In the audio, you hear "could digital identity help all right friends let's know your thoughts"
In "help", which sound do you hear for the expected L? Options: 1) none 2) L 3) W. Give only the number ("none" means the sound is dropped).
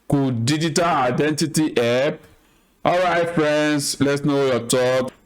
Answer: 1